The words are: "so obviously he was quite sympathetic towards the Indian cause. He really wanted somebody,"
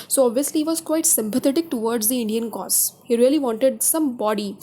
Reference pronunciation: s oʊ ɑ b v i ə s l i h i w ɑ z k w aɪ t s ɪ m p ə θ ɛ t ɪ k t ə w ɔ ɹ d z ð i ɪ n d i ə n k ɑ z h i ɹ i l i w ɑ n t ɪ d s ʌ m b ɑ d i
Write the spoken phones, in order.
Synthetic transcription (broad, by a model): s oʊ ɑ b v i ə s l i h i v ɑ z k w aɪ t s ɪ m p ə t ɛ t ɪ k t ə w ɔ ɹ d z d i ɪ n d i ə n k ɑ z h i ɹ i l i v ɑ n t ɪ d s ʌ m b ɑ d i